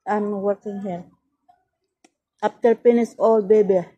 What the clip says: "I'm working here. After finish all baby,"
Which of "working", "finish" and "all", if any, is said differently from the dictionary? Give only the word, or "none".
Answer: finish